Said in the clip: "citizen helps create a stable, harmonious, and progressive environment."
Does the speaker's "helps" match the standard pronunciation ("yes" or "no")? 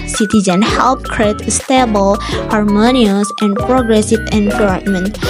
no